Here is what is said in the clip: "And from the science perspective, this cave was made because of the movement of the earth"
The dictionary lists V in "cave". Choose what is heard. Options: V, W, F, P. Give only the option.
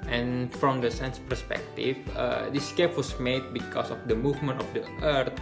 P